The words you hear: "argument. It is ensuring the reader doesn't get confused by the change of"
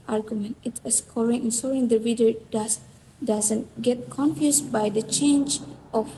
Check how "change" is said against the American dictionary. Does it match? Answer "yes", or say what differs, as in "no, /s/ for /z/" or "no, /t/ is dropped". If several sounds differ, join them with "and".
yes